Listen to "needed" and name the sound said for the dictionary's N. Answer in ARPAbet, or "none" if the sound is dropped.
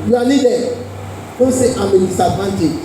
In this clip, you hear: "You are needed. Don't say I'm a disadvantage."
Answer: L